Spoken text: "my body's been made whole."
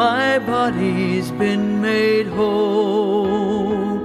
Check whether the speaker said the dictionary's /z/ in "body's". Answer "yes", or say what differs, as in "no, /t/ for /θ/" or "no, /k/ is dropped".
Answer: yes